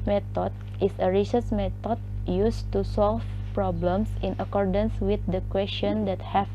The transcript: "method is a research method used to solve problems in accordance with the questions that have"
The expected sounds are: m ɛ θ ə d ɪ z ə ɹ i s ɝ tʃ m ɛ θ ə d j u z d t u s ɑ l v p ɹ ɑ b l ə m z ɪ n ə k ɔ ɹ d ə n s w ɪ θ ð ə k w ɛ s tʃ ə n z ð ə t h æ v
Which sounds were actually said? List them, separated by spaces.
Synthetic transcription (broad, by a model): m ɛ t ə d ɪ s ə ɹ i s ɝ s m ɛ t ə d j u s t u s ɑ l f p ɹ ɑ b l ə m s ɪ n ə k ɔ ɹ d ə n s w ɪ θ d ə k w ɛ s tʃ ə n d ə t h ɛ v